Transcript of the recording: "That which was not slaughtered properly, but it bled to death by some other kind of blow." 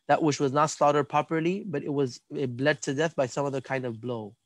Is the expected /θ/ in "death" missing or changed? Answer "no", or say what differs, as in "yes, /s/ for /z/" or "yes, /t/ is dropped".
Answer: no